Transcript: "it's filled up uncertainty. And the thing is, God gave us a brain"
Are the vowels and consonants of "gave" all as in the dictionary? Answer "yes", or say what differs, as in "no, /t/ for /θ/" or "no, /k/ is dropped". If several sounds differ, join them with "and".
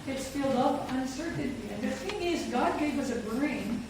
no, /w/ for /v/